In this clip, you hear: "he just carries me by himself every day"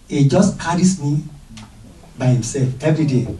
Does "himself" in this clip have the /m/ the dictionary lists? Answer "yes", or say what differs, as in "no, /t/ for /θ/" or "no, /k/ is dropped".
yes